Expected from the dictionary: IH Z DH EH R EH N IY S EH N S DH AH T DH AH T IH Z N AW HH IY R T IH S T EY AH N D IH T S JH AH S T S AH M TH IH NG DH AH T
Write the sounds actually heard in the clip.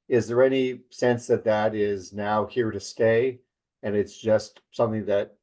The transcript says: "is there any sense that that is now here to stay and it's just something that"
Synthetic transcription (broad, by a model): IH Z DH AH R EH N IY S EH N S DH AH T DH AH T IH Z N AW HH IY R T IH S T EY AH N IH T S JH AH S T S AH M TH IH NG DH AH T